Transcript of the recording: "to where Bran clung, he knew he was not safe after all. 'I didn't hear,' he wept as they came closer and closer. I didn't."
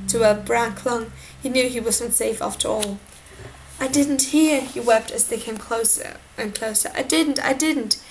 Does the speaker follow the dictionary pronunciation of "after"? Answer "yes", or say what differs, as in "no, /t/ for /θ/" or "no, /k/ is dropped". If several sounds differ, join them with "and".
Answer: yes